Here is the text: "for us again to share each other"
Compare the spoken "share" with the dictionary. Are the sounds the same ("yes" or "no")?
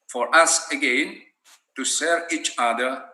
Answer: no